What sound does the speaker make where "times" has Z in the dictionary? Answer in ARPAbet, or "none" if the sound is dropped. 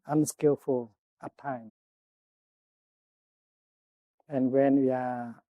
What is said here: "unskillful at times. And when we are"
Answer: none